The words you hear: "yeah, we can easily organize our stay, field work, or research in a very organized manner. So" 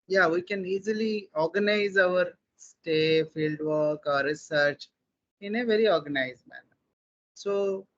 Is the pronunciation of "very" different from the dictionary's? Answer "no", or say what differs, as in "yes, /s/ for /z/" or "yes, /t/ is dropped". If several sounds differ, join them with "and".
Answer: no